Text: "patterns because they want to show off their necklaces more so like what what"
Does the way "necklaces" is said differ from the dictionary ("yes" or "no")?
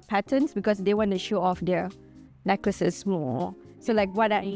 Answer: yes